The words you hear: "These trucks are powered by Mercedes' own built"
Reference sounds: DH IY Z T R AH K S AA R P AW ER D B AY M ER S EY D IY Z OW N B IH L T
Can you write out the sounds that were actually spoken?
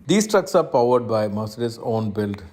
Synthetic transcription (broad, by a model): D IY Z T R AH K S AA R P AW ER D B AY M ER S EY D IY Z OW N B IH L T